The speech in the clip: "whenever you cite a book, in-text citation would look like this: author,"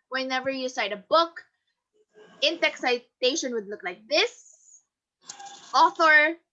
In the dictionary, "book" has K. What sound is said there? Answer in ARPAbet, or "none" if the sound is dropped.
K